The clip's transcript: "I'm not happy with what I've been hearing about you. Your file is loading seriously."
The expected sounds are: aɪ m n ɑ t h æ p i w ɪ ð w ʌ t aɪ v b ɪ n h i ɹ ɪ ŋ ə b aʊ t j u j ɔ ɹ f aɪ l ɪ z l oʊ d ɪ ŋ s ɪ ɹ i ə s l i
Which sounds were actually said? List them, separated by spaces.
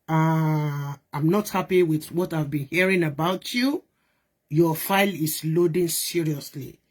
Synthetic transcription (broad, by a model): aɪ m n ɑ t h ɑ p i w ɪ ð w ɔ t aɪ v b ɪ n h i ɹ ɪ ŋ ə b aʊ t j u j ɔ f aɪ l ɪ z l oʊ d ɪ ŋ s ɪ ɹ i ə s l i